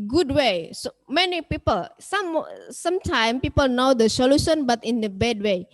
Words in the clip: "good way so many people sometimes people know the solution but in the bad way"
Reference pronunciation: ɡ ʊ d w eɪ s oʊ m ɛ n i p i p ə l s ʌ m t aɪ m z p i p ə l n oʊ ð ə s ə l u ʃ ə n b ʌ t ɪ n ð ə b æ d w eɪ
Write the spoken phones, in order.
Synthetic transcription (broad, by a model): ɡ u d w eɪ s oʊ m ɛ n i p i p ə l s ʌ m t aɪ m p i p ə l n oʊ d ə s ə l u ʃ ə n b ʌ t ɪ n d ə b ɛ d w eɪ